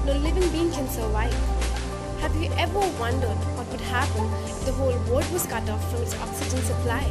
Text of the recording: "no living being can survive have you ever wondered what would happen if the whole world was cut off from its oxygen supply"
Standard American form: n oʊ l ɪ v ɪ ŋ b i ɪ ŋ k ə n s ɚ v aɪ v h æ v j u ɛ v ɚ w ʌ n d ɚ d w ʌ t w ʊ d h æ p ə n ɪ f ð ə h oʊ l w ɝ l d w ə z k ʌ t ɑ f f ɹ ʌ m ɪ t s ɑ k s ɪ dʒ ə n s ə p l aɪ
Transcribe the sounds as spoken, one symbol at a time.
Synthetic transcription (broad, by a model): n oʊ l ɪ v ɪ ŋ b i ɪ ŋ k ə n s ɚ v aɪ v h æ v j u ɛ v ɚ w ʌ n d ɚ d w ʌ t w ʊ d h æ p ə n ɪ f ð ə h oʊ l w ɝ d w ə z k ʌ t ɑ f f ɹ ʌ m ɪ t s ɑ k s ɪ dʒ ə n s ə p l aɪ